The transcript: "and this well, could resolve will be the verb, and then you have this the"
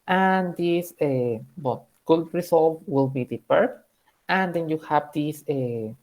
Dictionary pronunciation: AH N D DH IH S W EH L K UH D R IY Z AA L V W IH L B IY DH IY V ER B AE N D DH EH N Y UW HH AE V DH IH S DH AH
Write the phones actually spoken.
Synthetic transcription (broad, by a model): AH N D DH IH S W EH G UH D R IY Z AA L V W IH L B IY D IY P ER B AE N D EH N Y UW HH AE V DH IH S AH